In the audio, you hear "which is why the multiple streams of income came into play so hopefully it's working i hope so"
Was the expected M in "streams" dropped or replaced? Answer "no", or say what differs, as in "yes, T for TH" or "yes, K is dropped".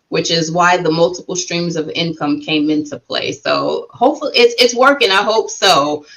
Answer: no